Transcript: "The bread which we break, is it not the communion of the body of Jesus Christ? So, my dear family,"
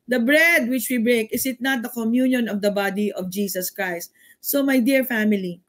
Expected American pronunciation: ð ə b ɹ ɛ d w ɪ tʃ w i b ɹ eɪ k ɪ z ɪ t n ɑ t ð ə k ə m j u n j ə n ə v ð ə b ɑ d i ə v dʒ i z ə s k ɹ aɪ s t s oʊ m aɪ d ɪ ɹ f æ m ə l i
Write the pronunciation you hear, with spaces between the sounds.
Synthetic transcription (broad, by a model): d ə b ɹ ɛ d w ɪ tʃ w i b ɹ eɪ k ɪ s ɪ t n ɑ t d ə k ə m j u n j ə n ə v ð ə b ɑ d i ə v dʒ i s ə s k ɹ aɪ s t s oʊ m aɪ d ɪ ɹ f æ m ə l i